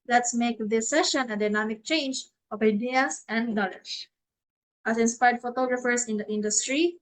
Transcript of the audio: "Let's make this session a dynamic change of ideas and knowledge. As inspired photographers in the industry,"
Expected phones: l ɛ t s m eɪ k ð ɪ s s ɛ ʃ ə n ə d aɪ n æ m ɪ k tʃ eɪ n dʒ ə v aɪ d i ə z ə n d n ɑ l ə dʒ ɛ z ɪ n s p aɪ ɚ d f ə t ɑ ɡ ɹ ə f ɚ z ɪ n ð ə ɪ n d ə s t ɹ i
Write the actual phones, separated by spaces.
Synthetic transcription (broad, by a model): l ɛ t s m eɪ k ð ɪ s s ɛ ʃ ə n ə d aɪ n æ m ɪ k tʃ eɪ n dʒ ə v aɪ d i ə s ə n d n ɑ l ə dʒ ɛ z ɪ n s p aɪ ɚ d f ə t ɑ ɡ ɹ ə f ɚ s ɪ n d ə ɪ n d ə s t ɹ i